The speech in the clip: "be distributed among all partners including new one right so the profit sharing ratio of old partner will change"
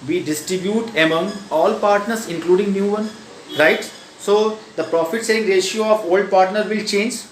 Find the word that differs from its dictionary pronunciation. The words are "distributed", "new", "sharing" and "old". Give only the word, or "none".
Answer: sharing